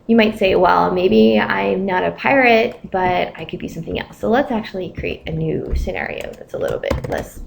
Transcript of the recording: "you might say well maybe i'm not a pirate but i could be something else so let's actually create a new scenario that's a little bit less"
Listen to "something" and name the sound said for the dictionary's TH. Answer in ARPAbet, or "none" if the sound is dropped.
TH